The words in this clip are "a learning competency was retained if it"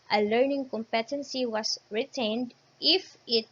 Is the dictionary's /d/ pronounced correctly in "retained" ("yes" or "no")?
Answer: yes